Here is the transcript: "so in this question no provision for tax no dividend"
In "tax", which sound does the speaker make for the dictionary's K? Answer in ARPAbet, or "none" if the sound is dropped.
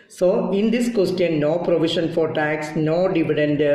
K